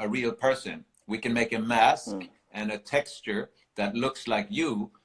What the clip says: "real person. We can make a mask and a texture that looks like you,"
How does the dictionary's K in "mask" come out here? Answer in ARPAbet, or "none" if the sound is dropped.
K